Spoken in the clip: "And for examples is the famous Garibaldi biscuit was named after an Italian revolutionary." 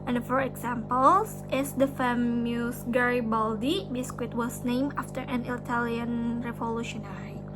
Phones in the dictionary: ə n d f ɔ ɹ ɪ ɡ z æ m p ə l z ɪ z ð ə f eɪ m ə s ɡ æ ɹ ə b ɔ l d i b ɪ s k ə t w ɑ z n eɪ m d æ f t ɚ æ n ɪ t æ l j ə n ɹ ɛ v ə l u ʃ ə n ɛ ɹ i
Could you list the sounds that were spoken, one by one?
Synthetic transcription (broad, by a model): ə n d f ɔ ɹ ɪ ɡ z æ m p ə l s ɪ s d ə f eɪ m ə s ɡ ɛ ɹ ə b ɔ l d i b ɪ s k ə t w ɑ s n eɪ m æ f t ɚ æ n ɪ t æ l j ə n ɹ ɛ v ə l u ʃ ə n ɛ ɹ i